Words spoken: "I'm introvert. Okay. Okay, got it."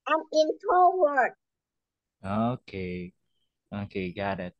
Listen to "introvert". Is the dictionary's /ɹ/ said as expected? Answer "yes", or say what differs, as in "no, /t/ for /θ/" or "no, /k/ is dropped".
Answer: no, /ɹ/ is dropped